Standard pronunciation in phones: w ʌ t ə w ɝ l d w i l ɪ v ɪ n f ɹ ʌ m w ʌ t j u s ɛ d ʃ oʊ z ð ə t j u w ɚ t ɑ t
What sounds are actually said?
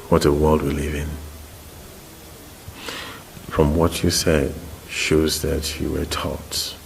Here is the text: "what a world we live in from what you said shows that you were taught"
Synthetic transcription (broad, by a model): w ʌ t ə w ɝ l d w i l ɪ v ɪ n f ɹ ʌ m w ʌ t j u s ɛ d ʃ oʊ z ð ə t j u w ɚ t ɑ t